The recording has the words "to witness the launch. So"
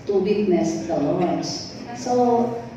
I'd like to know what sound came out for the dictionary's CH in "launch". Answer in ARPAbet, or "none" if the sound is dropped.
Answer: S